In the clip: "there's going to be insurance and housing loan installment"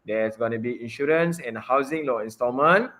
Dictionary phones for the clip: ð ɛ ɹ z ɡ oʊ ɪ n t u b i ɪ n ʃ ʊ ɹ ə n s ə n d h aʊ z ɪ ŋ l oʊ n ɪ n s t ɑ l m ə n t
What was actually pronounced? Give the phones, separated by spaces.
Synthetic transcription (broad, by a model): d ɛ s ɡ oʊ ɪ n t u b i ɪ n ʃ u ɹ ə n s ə n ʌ h aʊ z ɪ ŋ l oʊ ɪ n s t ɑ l m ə n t